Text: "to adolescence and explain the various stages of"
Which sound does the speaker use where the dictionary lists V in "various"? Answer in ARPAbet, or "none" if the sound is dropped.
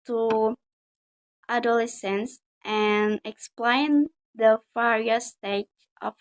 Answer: F